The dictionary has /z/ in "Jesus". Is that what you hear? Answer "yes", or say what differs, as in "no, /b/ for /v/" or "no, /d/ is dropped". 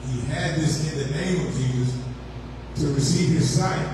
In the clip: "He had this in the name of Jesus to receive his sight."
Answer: yes